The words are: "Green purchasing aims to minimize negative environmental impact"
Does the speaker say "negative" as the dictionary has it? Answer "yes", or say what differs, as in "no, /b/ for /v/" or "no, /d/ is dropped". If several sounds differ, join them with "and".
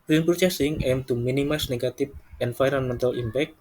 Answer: no, /p/ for /v/